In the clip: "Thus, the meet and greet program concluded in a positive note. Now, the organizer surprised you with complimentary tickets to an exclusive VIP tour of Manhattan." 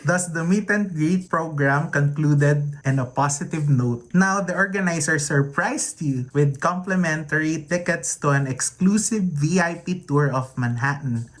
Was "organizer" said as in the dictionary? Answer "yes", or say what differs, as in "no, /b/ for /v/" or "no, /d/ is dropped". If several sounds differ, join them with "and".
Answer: no, /s/ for /z/